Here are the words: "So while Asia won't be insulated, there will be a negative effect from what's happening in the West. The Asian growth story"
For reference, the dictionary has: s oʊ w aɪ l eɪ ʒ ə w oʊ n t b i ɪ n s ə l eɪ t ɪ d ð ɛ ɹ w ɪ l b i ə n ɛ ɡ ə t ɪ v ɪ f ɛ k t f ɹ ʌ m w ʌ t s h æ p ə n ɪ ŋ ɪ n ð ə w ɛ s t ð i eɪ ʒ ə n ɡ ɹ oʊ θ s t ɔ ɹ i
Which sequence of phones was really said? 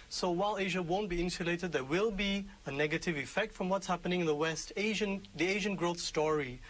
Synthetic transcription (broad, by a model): s oʊ w aɪ l eɪ ʒ ə w oʊ n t b i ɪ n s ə l eɪ t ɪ d ð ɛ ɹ w ɪ l b i ə n ɛ ɡ ə t ɪ v ɪ f ɛ k t f ɹ ʌ m w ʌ t s h æ p ə n ɪ ŋ ɪ n ð ə w ɛ s t ð i eɪ ʒ ə n ɡ ɹ oʊ θ s t ɔ ɹ i